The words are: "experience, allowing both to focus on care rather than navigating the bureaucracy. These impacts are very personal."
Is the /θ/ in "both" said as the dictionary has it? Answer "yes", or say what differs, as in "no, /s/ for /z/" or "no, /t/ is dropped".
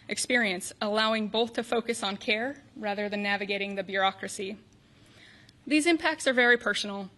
yes